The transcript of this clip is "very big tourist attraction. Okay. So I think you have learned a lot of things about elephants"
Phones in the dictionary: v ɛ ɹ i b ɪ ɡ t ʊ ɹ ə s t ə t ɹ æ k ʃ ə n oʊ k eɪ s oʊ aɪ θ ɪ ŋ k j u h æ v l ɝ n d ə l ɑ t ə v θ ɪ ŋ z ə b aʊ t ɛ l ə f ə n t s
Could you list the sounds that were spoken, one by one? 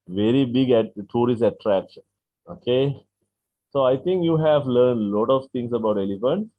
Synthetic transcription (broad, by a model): v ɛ ɹ i b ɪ ɡ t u ɹ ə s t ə t ɹ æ k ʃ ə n oʊ k eɪ s oʊ aɪ t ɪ ŋ k j u h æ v l ɝ n d l ɑ t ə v t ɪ ŋ s ə b aʊ t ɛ l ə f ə n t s